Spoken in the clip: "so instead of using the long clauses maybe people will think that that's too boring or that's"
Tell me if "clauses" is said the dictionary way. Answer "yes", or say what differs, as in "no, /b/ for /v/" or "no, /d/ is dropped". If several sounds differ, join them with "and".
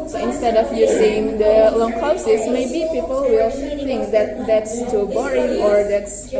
no, /l/ is dropped and /s/ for /z/